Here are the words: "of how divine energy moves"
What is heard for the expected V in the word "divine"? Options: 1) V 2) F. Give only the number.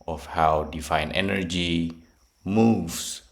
2